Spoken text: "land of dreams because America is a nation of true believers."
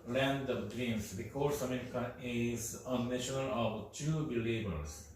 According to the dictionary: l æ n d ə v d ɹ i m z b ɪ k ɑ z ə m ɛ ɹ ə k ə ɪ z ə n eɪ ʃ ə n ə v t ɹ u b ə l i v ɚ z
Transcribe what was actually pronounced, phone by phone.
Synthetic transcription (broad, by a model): l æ n d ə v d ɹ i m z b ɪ k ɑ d ə m ɛ ɹ ə k ə ɪ z ə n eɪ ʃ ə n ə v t u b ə l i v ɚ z